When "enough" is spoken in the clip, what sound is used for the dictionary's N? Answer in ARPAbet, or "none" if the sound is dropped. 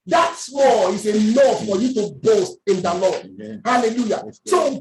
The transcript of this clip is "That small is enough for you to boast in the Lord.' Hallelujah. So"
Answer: L